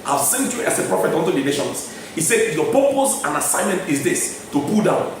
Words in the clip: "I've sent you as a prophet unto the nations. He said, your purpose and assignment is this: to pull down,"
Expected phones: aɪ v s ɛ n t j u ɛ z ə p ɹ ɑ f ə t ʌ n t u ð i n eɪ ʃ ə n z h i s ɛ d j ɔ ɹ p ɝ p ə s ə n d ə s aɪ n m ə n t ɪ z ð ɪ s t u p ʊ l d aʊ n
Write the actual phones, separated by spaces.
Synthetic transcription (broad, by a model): aɪ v s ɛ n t j u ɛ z ə p ɹ ɑ f ə t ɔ n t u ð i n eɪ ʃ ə n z h i s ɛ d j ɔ p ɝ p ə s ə n ə s aɪ n m ə n t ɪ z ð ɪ s t u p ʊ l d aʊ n